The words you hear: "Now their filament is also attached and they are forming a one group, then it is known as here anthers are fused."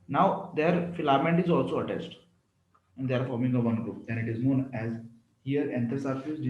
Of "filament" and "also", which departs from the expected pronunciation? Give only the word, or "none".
none